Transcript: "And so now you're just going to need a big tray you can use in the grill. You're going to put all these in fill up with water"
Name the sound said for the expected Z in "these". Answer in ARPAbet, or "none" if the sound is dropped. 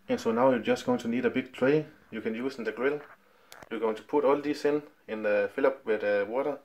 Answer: S